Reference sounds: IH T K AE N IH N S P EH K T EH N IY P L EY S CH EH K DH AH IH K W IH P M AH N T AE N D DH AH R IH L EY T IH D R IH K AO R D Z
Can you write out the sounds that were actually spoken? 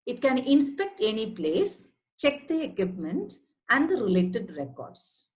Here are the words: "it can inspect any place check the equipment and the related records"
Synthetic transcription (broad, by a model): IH T K AE N IH N S P EH K T EH N IY P L EY S CH EH K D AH IH K W IH P M AH N T AE N D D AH R IH L EY T IH D R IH K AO R D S